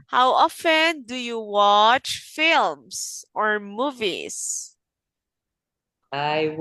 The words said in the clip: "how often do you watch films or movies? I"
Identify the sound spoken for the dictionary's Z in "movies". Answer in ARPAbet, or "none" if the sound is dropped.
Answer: S